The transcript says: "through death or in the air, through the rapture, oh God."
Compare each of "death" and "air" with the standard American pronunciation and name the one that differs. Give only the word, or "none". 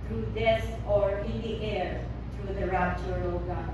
death